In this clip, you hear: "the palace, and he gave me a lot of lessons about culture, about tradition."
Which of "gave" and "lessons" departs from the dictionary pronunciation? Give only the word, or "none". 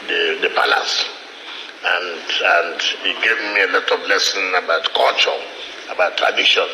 lessons